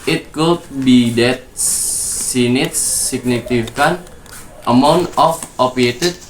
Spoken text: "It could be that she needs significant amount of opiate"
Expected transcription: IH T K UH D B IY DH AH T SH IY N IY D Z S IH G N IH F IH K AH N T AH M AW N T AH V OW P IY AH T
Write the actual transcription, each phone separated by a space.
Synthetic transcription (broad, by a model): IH T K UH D B IY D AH T S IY N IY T S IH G N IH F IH K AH N T AH M AW N T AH F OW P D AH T